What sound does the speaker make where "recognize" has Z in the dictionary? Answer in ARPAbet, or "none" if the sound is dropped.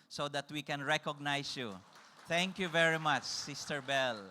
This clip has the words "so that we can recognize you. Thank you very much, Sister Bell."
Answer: S